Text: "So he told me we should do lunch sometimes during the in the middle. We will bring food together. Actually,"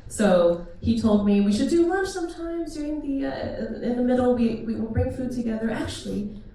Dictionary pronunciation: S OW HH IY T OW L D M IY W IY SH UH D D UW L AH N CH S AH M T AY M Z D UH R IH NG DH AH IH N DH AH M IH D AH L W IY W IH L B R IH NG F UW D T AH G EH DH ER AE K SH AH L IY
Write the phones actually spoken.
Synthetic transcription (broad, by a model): S OW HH IY T OW L D M IY W IY SH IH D D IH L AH CH S AH M T AY M Z D UH R IH NG DH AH IH N DH AH M IH D L W IY W IH L B R IH NG F UW D T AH G EH DH ER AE K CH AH L IY